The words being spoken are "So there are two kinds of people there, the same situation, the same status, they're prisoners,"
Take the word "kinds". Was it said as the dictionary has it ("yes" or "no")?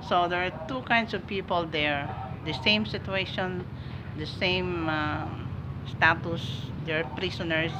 no